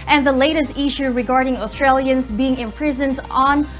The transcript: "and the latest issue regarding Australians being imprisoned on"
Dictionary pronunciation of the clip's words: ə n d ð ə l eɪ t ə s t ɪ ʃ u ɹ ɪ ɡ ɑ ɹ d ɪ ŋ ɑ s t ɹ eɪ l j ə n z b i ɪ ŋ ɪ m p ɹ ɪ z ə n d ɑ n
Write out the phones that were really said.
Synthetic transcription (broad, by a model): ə n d ð ə l eɪ t ə s t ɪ ʃ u ɹ ɪ ɡ ɑ ɹ d ɪ ŋ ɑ s t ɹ eɪ l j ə n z b i ɪ ŋ ɪ m p ɹ ɪ z ə n d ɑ n